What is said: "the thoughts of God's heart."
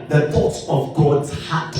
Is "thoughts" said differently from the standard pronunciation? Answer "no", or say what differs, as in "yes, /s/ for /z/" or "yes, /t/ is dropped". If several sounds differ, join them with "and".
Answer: yes, /s/ is dropped